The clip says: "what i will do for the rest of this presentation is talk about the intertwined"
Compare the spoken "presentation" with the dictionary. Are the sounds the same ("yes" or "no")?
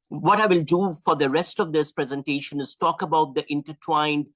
yes